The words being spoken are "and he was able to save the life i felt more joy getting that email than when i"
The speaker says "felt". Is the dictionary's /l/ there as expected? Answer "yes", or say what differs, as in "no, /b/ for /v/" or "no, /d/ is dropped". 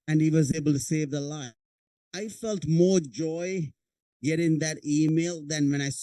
yes